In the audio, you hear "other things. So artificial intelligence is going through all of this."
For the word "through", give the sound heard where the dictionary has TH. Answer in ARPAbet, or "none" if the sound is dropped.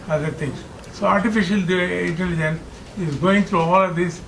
T